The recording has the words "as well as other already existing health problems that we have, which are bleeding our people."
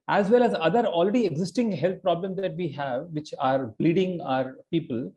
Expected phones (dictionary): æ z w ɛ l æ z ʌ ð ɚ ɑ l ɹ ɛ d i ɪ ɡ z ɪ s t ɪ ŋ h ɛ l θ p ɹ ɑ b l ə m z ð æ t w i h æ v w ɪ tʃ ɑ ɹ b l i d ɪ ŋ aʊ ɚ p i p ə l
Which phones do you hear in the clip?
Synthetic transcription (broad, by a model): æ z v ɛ l æ z ʌ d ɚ ɑ l ɹ ɛ d i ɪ ɡ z ɪ s t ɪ ŋ h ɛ l t p ɹ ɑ b l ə m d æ t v i h æ v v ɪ tʃ ɑ ɹ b l i d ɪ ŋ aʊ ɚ p i p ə l